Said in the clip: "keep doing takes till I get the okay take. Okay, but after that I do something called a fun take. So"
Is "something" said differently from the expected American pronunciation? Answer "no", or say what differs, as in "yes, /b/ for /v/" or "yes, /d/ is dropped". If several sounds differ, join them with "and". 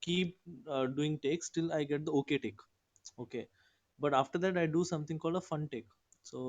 yes, /t/ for /θ/